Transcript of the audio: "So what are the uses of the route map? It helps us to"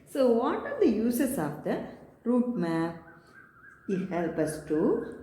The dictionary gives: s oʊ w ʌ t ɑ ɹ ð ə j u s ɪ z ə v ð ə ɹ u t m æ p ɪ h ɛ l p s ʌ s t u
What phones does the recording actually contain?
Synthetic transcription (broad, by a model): s oʊ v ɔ t ɑ ɹ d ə j u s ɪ s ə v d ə ɹ u t m æ p ɪ h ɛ l p ʌ s t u